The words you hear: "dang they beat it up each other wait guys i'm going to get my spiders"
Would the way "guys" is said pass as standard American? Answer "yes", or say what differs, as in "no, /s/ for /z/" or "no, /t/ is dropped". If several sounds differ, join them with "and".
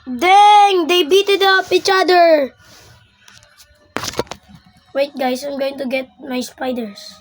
no, /s/ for /z/